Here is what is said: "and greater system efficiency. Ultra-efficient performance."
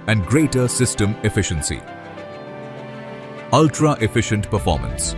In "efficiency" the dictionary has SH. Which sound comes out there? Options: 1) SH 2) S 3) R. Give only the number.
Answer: 1